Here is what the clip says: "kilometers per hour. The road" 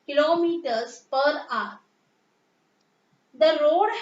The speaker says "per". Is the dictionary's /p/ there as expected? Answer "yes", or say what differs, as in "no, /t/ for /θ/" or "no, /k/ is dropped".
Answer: yes